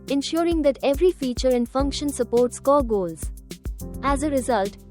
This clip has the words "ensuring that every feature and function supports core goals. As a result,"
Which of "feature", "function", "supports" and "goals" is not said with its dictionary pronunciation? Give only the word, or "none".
none